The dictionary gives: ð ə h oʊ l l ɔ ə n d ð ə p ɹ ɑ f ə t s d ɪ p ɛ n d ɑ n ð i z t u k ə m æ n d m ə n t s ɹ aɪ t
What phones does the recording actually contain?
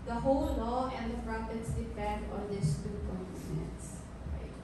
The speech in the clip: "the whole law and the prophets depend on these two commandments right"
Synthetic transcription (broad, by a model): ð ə h oʊ l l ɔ ə n d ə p ɹ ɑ p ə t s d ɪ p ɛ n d ɑ n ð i s t u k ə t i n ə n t s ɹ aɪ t